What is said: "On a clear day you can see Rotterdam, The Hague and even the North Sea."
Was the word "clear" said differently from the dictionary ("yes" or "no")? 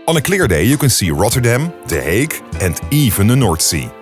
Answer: no